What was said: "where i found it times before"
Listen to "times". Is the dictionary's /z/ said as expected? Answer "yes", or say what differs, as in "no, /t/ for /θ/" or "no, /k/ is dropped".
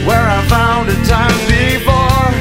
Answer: no, /z/ is dropped